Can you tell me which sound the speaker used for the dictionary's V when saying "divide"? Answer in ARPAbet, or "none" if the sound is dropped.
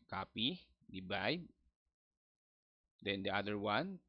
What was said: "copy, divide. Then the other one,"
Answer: B